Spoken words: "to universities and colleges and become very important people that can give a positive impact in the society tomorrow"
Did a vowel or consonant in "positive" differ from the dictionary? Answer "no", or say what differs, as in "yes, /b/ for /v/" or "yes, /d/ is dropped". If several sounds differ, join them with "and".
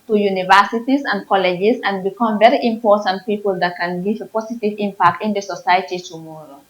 yes, /s/ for /z/